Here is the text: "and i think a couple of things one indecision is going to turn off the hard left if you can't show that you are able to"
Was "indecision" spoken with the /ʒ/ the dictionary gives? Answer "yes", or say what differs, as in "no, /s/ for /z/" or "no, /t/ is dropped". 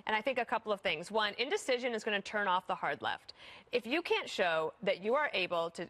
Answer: yes